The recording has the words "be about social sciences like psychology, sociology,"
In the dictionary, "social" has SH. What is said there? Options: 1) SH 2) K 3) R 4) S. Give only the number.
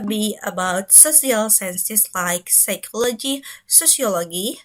4